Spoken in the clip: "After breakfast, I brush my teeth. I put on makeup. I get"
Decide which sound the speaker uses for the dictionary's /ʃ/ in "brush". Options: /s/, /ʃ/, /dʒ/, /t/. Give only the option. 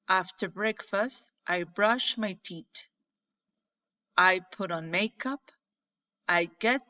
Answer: /ʃ/